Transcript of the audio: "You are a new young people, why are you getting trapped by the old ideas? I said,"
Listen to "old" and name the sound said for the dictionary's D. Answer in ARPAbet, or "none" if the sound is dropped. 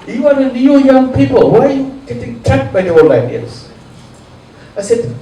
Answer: none